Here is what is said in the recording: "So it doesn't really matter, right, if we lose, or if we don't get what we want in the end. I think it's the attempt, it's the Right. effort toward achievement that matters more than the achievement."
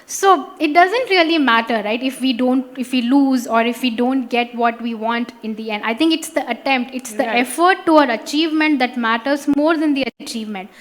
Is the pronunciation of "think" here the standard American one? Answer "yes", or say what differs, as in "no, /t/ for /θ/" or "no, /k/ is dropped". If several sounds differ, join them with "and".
no, /t/ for /θ/